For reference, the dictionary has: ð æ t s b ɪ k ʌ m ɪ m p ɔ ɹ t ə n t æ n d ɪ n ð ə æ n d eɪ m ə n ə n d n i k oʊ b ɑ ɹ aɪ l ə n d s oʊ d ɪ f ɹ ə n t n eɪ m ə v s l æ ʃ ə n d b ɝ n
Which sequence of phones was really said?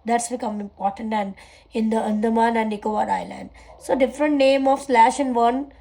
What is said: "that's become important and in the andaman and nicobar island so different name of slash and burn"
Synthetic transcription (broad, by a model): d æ t s b ɪ k ʌ m ɪ m p ɔ ɹ t ə n t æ n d ɪ n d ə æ n d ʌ m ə n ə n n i k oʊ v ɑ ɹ aɪ l ə n d s oʊ d ɪ f ɹ ə n t n eɪ m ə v s l æ ʃ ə n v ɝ n